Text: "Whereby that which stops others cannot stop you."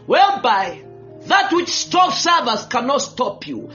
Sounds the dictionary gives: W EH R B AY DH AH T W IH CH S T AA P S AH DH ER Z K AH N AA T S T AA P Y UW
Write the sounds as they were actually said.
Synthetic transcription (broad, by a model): W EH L B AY DH AH T W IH CH S T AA F S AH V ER S K AH N AA T S T AA P Y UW